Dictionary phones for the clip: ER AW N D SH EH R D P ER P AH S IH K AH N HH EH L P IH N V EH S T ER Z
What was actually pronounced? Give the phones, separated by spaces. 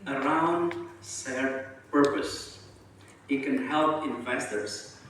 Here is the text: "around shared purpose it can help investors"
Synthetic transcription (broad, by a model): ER AW N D S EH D P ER P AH S IH K AH N HH EH L P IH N V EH S T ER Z